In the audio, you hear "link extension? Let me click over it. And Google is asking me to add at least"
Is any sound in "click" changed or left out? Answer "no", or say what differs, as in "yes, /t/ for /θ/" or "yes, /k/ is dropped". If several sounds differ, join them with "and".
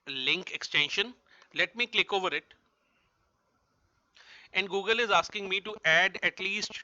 no